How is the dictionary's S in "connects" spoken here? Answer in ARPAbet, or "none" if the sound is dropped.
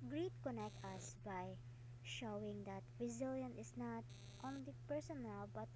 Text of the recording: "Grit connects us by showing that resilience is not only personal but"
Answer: none